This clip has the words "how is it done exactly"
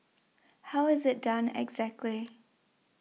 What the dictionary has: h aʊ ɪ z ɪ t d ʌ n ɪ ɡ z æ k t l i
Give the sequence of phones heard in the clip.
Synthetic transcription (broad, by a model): h aʊ ɪ z ɪ t d ʌ n ɪ ɡ z æ k t l i